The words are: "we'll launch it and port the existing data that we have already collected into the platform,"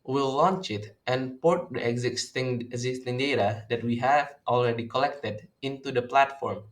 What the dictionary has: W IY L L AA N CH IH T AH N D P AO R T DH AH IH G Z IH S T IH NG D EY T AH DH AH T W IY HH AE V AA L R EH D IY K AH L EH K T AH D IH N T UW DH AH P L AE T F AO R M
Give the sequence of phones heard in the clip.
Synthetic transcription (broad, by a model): W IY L L AA N CH IH T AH N P AO R T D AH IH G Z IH S T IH NG D EY T AH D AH T W IY HH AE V AA L R EH D IY K AH L EH K T AH D IH N T UW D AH P L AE T F AO R M